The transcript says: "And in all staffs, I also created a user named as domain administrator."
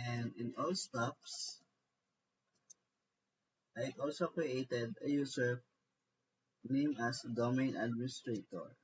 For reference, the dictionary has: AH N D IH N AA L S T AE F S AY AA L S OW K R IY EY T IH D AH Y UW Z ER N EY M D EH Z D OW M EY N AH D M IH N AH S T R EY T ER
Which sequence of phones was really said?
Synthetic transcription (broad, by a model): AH N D IH N AA L S T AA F S AY AA L S OW K R IY EY T IH D AH Y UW S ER N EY M AA S D OW M EY N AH D M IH N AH S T R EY T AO